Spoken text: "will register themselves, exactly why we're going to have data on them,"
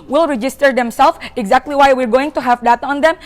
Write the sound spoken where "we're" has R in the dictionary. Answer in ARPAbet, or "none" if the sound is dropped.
R